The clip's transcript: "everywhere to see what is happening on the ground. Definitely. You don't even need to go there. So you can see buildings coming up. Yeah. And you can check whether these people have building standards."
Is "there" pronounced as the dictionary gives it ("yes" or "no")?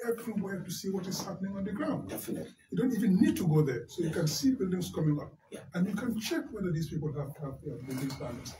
yes